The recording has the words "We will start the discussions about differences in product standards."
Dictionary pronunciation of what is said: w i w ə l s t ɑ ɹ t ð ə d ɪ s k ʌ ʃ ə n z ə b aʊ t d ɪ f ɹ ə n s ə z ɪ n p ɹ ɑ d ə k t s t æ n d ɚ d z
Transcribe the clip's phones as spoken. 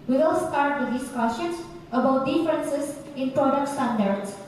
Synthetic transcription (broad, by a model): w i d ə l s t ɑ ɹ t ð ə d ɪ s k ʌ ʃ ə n s ə b aʊ t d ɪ f ɹ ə n s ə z ɪ n p ɹ ɑ d ə k t s t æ n d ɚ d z